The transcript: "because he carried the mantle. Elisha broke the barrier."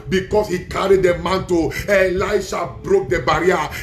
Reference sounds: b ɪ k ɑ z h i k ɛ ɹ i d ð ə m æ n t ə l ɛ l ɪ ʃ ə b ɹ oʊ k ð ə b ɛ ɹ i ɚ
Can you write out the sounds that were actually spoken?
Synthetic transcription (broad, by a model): b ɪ k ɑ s h i k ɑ ɹ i d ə m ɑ n t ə l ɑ ɪ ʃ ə b ɹ oʊ k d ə b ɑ ɹ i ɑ